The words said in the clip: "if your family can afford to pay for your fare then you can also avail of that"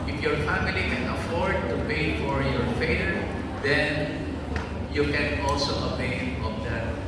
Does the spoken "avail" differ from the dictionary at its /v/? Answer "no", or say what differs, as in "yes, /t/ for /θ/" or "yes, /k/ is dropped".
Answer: yes, /p/ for /v/